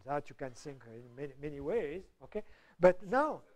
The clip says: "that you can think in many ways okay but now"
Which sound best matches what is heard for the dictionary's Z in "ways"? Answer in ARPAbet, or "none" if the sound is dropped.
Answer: Z